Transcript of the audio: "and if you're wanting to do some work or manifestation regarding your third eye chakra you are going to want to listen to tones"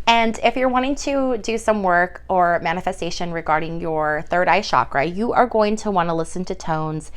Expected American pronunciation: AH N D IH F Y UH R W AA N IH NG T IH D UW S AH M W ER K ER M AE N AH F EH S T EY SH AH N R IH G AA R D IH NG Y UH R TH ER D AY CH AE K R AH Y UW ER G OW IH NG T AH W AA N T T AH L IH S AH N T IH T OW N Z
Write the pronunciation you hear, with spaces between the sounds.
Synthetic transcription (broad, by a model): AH N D IH F Y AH R W AA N IH NG T IH D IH S AH M W ER K ER M AE N AH F EH S T EY SH AH N R IH G AA R D IH NG Y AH R TH ER D AY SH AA K R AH Y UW ER G OW IH NG T AH W AA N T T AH L IH S AH N T IH T OW N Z